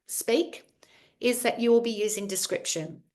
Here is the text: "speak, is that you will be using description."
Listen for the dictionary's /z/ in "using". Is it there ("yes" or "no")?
yes